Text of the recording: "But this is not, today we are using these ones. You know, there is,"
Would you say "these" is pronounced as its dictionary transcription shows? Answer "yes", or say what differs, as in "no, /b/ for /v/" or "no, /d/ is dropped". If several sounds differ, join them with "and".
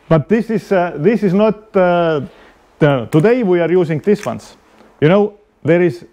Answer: no, /s/ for /z/